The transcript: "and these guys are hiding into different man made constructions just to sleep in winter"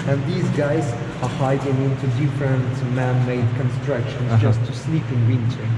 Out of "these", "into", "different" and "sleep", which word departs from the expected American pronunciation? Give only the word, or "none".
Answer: none